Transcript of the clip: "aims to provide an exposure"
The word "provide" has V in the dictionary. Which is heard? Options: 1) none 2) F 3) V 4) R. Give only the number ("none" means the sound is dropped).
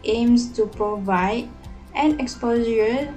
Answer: 3